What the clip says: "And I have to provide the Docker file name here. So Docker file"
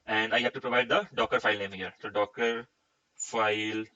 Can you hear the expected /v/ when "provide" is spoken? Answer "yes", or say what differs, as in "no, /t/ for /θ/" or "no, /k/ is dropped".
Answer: yes